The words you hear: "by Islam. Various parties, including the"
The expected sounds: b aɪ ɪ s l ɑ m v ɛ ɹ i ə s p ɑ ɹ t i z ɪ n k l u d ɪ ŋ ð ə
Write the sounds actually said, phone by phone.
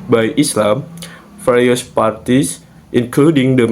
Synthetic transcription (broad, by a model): b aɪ ɪ s l ɑ m f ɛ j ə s p ɑ ɹ t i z ɪ n k l u d ɪ ŋ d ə